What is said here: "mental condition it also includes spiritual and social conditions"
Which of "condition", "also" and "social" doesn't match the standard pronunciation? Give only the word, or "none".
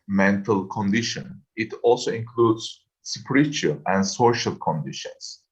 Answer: none